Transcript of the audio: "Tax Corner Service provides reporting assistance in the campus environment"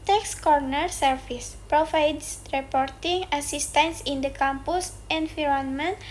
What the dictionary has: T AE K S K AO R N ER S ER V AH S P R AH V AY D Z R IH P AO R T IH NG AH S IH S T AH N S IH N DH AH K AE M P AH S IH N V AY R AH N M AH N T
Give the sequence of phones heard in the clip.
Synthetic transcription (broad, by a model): T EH K S K AO R N ER S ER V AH S P R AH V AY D S R IH P AO R T IH NG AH S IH S T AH N S IH N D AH K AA M P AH S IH N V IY R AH N M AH N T